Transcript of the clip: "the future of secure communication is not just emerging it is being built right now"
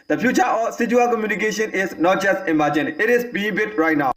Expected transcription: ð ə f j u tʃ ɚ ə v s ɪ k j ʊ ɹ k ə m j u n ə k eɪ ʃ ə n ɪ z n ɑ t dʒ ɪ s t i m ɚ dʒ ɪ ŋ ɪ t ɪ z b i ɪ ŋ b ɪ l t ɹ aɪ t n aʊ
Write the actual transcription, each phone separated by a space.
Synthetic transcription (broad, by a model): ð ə p j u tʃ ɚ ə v s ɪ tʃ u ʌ l k ə m j u n ə k eɪ ʃ ə n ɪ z n ɑ t dʒ ɪ s t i m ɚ dʒ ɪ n ɪ t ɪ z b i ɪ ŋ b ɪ t ɹ aɪ t n aʊ